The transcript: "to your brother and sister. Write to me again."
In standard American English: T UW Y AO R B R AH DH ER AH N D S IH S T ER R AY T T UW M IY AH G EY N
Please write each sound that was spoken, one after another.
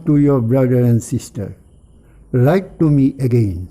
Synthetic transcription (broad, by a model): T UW Y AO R B R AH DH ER AH N D S IH S T ER L AY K T UW M IY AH G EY N